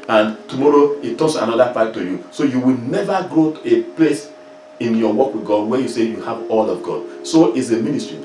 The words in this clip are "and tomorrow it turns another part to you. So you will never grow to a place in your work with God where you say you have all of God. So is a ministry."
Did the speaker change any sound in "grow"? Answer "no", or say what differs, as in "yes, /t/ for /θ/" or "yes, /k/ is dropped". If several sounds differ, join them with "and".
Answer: no